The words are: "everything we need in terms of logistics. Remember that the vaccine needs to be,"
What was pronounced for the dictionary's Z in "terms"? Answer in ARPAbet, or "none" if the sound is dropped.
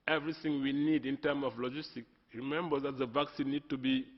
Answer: none